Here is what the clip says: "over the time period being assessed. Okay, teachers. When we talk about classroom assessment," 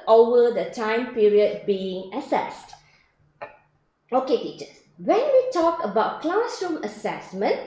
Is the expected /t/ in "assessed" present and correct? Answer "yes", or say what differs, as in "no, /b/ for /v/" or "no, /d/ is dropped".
yes